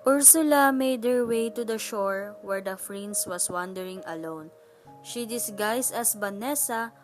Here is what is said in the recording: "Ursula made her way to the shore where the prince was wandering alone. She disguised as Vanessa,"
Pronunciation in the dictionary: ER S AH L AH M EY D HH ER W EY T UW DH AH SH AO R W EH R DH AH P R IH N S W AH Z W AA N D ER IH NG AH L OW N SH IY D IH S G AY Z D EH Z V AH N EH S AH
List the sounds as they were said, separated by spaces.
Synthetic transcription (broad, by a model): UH S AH L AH M EY D HH ER W EY T UW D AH SH AO R W EH R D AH F R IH N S W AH S W AA N D ER IH NG AH L OW N SH IY D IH S G AY S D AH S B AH N EH S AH